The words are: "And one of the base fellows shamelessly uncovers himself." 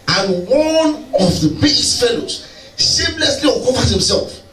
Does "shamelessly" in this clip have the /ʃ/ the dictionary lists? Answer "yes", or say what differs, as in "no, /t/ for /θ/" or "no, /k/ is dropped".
no, /s/ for /ʃ/